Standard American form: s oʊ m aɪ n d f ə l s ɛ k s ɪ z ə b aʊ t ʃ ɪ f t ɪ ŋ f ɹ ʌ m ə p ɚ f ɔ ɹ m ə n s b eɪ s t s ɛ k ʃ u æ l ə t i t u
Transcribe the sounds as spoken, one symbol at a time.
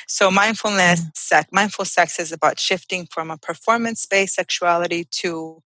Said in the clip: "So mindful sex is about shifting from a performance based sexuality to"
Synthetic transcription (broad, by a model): s oʊ m aɪ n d f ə l s ɛ k s ɪ z ə b aʊ t ʃ ɪ f t ɪ ŋ f ɹ ʌ m ə p ɚ f ɔ ɹ m ə n s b eɪ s s ɛ k ʃ u æ l ə t i t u